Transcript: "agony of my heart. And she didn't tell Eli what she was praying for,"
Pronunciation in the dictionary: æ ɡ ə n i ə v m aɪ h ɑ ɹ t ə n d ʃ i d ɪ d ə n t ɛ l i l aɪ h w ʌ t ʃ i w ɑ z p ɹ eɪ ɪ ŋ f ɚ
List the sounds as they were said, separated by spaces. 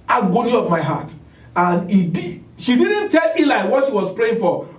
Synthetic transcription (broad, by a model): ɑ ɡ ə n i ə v m aɪ h ɑ t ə n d ʃ i d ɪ d n t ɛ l i l aɪ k w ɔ t ʃ i w ɑ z p ɹ eɪ ɪ ŋ f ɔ